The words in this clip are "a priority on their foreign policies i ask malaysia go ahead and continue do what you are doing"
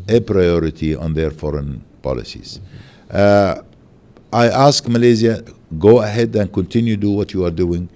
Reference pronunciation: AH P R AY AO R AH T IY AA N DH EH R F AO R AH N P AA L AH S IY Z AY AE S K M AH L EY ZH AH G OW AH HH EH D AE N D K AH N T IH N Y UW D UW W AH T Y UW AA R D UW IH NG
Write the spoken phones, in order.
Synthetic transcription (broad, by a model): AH P R AY AO R AH T IY AA N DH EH R F AO R AH N P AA L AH S IY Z AY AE S K M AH L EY Z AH G OW AH HH EH D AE N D K AH N T IH N Y UW D UW W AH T Y UW AA R D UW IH NG